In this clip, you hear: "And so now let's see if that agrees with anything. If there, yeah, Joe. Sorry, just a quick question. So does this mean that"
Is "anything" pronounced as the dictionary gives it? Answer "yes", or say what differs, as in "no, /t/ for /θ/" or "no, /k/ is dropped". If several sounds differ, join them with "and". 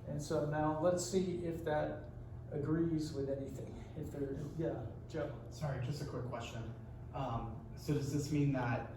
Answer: yes